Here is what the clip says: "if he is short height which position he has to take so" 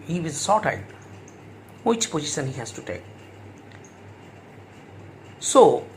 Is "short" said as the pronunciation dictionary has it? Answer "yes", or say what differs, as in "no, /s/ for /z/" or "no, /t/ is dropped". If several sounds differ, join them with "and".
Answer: no, /s/ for /ʃ/